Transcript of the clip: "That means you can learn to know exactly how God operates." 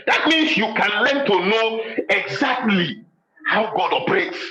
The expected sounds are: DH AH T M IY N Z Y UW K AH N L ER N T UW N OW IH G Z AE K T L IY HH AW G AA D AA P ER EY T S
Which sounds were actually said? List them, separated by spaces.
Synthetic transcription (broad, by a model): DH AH T M IY N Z Y UW K AH N L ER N T UW N OW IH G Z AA K T L IY HH AW G AA D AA P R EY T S